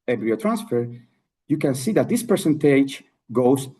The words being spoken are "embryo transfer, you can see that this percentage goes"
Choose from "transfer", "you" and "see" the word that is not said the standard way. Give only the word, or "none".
none